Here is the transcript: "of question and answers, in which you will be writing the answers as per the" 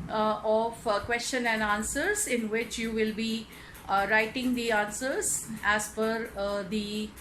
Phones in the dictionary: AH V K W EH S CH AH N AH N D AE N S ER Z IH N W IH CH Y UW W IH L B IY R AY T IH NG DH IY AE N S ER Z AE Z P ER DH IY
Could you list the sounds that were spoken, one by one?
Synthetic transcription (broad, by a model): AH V K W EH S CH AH N AH N D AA N S ER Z IH N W IH CH Y UW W IH L B IY R AY T IH NG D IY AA N S ER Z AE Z F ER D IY